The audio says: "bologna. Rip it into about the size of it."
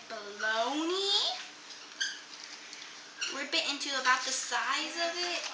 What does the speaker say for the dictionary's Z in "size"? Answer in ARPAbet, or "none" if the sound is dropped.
Z